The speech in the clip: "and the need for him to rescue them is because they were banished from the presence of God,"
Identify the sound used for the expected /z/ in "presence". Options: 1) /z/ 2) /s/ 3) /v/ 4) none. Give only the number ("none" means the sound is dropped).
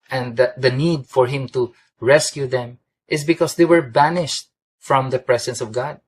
2